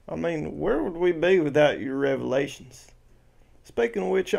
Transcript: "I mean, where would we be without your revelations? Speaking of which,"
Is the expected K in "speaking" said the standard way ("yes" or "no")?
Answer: no